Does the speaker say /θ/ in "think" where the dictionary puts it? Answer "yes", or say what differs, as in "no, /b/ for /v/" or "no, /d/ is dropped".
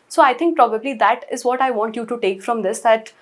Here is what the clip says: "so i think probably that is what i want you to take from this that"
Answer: no, /t/ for /θ/